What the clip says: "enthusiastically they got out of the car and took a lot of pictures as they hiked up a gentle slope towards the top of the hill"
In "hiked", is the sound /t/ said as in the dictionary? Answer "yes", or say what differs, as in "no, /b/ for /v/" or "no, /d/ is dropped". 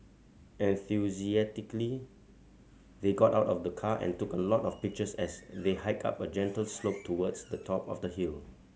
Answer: no, /t/ is dropped